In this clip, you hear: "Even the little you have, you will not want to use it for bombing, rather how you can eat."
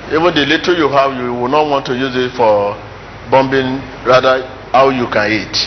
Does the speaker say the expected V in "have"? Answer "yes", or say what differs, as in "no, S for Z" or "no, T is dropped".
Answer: no, W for V